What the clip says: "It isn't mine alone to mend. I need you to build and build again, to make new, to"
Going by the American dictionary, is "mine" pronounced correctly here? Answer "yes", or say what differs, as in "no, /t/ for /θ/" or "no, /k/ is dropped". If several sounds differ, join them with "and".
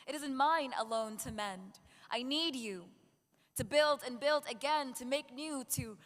yes